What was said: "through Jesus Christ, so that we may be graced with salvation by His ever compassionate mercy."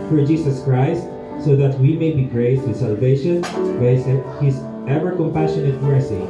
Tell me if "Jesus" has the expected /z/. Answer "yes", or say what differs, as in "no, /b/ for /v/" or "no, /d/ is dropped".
no, /s/ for /z/